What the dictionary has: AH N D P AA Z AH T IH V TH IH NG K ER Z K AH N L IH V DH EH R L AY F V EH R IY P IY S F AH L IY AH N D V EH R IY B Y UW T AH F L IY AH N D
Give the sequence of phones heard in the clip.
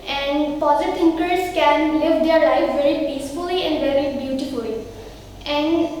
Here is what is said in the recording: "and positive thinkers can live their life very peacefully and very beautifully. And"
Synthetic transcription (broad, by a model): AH N D P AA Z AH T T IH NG K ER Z K AH N L IH V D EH R L AY F V EH R IY P IY S F AH L IY AH N D V EH R IY B Y UW T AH F L IY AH N D